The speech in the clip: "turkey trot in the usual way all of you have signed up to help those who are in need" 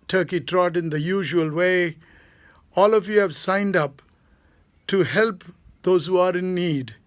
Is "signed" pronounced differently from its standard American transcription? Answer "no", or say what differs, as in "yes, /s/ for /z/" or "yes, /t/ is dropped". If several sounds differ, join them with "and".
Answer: no